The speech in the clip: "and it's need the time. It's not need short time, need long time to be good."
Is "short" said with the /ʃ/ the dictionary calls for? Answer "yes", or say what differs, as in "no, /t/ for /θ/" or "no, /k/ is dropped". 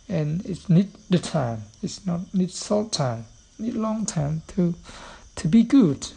no, /s/ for /ʃ/